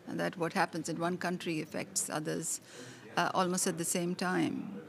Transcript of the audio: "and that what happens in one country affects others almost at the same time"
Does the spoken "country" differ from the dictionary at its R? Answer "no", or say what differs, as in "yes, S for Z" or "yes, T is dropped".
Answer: no